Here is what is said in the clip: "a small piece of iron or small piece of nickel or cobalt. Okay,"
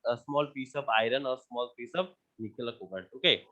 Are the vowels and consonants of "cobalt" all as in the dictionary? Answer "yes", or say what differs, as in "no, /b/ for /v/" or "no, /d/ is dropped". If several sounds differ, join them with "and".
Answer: no, /l/ is dropped